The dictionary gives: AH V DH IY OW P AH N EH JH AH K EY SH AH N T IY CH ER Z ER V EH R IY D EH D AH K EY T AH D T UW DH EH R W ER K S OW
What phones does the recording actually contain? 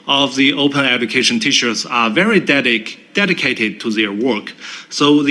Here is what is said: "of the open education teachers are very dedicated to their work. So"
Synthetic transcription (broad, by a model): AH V DH IY OW P AH N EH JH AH K EY SH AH N T IY SH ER S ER V EH R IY D EH D AH K EY T AH D T UW DH EH R W ER K S OW